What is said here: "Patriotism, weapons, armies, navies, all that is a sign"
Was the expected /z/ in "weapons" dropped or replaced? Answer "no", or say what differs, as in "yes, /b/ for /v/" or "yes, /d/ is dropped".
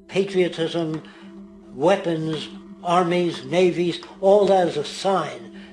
no